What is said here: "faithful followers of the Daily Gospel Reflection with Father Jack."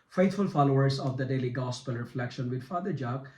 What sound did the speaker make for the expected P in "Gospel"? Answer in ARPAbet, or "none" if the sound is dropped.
P